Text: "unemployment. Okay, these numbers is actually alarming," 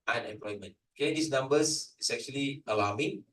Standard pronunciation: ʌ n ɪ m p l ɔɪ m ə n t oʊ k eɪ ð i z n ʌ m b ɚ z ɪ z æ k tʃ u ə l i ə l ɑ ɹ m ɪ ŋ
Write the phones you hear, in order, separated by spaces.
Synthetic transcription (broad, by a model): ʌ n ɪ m p l ɔɪ m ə n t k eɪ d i s n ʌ m b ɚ s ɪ s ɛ k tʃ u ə l i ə l ɑ m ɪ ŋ